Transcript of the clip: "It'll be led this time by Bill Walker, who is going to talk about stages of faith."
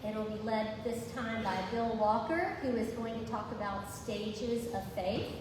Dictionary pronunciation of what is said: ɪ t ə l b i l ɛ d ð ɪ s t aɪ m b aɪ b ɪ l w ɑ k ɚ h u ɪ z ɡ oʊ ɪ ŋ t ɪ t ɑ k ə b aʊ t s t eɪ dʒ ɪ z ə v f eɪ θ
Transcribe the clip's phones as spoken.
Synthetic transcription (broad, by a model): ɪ t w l b i l ɛ d ð ɪ s t aɪ m b aɪ b ɪ l w ɑ k ɚ h u ɪ z ɡ oʊ ɪ ŋ t ɪ t ɑ k ə b aʊ t s t eɪ dʒ ɪ z ə v f eɪ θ